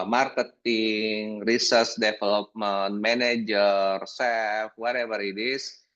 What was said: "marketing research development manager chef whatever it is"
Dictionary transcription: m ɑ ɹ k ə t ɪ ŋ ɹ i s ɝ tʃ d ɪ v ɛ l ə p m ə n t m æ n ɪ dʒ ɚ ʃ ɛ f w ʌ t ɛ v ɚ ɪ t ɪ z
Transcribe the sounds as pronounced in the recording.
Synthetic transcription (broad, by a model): m ɑ ɹ k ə t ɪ ŋ ɹ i s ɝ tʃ d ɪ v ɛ l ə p m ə n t m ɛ n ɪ dʒ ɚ s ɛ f w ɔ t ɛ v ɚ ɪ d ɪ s